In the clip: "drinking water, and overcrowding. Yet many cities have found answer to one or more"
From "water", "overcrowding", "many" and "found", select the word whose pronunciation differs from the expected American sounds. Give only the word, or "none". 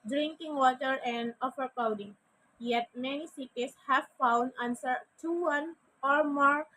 overcrowding